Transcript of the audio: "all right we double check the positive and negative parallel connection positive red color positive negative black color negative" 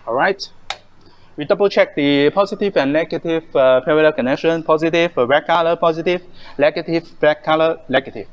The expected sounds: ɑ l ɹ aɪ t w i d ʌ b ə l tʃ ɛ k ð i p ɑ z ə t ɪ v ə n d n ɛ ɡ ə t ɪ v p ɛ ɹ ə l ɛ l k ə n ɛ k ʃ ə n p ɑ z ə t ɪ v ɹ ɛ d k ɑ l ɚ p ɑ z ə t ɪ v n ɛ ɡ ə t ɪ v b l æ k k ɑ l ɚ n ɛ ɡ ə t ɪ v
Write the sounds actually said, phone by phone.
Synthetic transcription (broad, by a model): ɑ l ɹ aɪ t w i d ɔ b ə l tʃ ɛ k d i p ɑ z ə t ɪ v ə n n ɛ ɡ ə t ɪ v p ɛ ɹ ə l ɛ l k ə n ɛ k ʃ ə n p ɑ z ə t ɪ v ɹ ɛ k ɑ l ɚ p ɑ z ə t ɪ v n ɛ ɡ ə t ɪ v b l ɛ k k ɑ l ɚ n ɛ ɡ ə t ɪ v